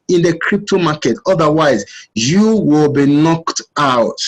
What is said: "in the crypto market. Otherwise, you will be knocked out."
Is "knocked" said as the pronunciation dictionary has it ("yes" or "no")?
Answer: yes